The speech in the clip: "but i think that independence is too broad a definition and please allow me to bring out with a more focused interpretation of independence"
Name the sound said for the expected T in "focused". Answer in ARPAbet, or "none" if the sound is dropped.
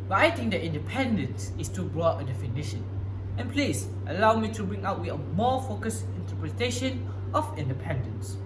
none